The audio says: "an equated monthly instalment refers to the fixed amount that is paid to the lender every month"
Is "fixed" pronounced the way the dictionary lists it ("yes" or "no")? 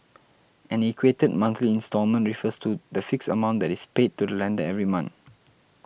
no